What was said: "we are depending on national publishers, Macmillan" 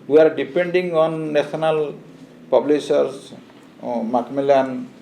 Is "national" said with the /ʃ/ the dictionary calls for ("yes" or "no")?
no